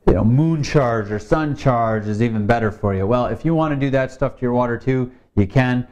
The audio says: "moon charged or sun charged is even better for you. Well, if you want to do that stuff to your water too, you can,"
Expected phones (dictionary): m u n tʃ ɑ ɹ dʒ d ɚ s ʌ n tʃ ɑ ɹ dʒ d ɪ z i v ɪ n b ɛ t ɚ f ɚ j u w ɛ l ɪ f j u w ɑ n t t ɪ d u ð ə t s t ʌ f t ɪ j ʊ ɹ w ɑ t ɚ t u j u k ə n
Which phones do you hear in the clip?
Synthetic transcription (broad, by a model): m u n tʃ ɑ ɹ dʒ ɚ s ʌ n tʃ ɑ ɹ dʒ ɪ z i v ɪ n b ɛ t ɚ f ɚ j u w ɛ l ɪ f j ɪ w ɑ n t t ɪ d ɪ ð ə t s t ʌ f t ɪ j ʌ ɹ w ɑ t ɚ t u j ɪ k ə n